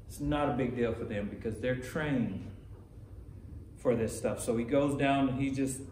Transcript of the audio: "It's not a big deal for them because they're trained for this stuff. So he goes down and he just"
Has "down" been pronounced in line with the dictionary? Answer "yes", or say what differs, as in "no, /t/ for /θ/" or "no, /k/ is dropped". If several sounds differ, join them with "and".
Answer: no, /n/ is dropped